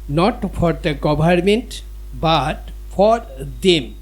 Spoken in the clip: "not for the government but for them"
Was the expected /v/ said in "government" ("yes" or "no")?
no